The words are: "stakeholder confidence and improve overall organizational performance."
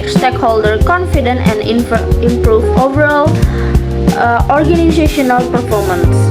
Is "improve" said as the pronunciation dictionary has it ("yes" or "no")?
yes